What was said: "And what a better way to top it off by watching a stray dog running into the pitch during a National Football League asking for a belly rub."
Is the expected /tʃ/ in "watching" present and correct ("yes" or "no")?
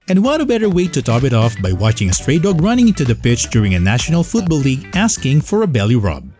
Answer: yes